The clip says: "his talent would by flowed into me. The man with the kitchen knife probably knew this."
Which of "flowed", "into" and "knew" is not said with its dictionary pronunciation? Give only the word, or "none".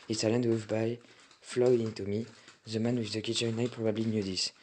flowed